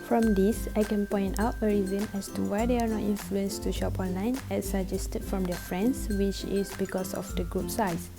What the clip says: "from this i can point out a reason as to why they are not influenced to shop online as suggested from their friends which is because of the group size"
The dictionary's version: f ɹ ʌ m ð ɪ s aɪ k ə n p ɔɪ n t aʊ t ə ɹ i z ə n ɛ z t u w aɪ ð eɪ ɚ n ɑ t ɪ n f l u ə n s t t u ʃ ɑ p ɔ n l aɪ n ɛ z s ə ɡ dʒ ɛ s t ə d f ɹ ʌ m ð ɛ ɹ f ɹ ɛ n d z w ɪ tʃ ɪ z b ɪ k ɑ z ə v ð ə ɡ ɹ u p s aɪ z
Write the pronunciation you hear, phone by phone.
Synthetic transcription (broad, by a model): f ɹ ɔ m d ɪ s aɪ k ə n p ɔɪ n t aʊ t ə ɹ i z ə n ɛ s t u w aɪ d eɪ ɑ n ɑ t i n f l u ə n s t t u ʃ ɑ p ɔ n l aɪ n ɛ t s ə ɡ dʒ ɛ s t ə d f ɹ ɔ m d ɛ f ɹ ɛ n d s w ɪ tʃ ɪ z b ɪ k ɑ s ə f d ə ɡ ɹ u p s aɪ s